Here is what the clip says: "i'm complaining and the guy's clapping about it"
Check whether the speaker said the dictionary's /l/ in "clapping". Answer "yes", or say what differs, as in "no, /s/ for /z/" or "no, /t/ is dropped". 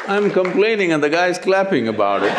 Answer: yes